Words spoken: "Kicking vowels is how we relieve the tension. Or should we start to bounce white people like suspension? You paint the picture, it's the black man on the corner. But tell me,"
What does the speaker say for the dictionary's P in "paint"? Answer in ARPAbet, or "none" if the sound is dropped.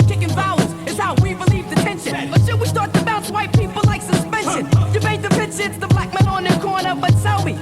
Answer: B